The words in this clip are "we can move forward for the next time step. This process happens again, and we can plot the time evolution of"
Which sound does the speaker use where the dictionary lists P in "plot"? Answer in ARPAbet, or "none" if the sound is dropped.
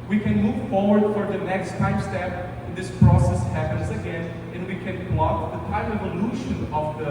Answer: B